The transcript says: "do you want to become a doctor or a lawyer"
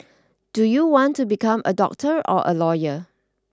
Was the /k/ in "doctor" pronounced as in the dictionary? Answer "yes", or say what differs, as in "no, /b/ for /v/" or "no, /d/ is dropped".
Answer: yes